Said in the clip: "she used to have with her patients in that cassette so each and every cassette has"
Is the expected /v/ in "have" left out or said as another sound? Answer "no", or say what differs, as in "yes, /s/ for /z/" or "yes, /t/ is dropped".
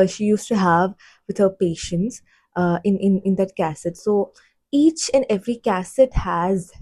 no